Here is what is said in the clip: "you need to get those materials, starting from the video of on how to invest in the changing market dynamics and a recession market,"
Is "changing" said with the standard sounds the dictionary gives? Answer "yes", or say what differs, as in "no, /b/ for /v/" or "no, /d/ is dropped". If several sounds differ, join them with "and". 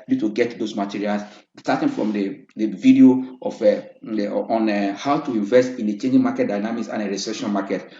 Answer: yes